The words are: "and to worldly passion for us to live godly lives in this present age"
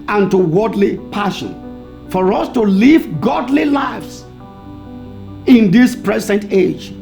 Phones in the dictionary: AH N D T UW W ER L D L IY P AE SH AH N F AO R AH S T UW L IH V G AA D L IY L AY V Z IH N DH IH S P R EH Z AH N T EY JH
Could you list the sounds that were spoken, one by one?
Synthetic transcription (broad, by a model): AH N T UW W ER D L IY P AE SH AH N F AO R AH S T UW L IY V G AA D L IY L AY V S IH N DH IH S P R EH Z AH N T EY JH